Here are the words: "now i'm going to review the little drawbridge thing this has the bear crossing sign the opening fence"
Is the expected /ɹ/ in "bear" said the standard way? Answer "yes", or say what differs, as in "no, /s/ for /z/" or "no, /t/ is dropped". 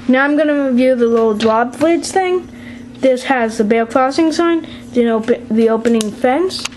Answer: no, /l/ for /ɹ/